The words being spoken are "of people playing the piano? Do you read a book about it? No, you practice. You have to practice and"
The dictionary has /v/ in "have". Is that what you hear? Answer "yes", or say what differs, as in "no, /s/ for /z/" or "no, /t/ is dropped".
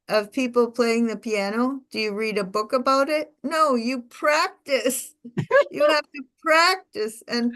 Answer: no, /f/ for /v/